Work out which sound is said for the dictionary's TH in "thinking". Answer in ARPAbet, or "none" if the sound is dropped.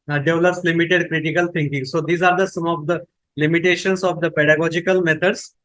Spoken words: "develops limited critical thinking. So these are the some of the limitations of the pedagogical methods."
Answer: T